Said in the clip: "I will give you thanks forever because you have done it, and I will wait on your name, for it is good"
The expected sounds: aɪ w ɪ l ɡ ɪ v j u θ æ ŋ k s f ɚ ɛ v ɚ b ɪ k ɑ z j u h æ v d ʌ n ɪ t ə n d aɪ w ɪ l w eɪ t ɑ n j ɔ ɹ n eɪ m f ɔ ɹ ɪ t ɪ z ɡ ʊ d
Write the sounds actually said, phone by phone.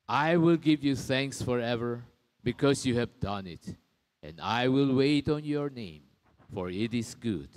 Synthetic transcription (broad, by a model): aɪ w ɪ l ɡ ɪ v j u θ æ ŋ k s f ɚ ɛ v ɚ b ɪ k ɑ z j u h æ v d ʌ n ɪ t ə n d aɪ w ɪ l w eɪ t ɑ n j ɔ ɹ n eɪ m f ɔ ɹ ɪ t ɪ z ɡ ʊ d